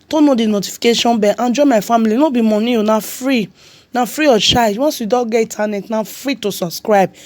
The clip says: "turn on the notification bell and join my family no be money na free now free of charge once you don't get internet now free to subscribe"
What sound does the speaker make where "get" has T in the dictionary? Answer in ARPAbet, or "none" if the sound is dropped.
none